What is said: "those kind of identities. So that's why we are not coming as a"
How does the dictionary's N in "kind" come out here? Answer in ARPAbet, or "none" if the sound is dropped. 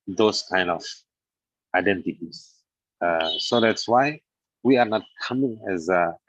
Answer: N